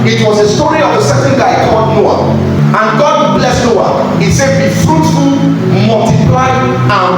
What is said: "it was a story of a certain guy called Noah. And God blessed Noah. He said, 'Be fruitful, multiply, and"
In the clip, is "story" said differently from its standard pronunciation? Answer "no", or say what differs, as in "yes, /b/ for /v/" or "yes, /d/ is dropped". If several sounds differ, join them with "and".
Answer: no